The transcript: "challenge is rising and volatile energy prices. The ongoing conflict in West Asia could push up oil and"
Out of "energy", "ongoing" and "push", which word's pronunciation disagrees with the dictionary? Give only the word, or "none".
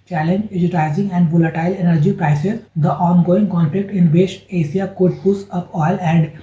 push